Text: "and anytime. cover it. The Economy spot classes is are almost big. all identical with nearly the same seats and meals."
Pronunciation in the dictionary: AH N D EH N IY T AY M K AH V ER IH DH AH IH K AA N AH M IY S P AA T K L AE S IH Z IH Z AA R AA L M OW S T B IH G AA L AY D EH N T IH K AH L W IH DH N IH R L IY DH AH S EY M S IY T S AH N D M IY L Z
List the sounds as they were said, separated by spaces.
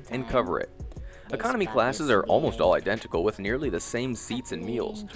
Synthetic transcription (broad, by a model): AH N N K AH V ER IH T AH IH K AA N AH M IY K L AE S IH Z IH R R AA L M OW S T AA L AY D EH N T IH K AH L W IH DH N IH R L IY DH AH S EY M S IY T S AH N M IY L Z